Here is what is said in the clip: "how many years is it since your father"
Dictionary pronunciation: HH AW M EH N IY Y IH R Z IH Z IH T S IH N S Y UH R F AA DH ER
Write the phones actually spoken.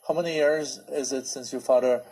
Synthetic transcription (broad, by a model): HH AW M EH N IY Y IH R Z IH Z IH T S IH N S Y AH R F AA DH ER